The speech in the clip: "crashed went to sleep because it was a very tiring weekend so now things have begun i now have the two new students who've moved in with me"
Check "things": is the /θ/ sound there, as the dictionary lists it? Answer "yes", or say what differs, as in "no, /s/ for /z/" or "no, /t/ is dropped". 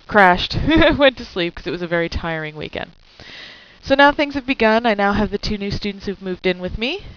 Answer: yes